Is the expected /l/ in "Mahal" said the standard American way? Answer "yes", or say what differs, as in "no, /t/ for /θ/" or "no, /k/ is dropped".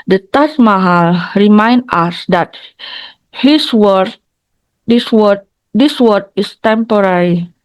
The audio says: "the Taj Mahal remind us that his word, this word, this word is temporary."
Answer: yes